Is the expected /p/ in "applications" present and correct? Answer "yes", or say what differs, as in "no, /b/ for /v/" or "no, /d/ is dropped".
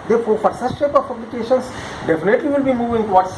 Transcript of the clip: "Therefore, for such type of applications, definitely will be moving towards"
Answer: no, /b/ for /p/